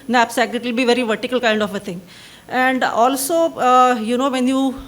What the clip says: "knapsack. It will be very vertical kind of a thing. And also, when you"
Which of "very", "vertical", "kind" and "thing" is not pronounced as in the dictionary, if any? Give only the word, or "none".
thing